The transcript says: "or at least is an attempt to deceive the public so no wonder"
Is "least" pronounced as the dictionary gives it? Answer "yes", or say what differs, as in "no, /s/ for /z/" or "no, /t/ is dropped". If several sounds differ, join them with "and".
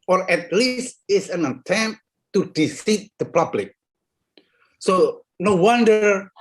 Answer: yes